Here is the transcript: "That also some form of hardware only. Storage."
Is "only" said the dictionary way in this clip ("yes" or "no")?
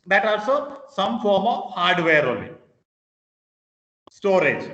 no